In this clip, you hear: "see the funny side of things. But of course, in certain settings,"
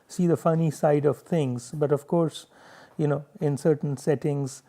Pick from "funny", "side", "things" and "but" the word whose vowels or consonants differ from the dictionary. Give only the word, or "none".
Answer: things